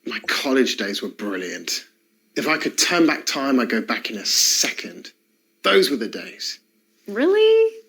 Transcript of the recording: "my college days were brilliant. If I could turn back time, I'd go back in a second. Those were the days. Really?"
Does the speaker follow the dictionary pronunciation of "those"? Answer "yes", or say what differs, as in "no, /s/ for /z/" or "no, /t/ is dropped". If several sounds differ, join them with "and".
yes